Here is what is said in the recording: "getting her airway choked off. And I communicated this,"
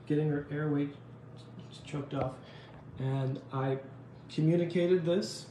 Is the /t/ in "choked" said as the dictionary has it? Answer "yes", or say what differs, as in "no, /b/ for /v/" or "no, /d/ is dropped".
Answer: yes